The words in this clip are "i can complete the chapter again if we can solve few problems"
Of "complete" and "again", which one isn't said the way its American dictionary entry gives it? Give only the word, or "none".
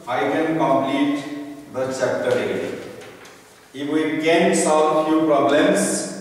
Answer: again